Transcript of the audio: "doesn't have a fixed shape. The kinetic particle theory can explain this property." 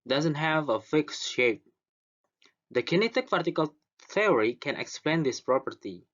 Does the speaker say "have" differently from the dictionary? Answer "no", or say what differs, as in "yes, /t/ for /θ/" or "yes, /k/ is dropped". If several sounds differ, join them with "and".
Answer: no